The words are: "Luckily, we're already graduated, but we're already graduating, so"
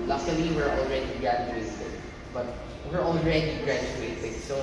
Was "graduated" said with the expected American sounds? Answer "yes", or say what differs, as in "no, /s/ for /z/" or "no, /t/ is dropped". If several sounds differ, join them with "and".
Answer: no, /s/ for /t/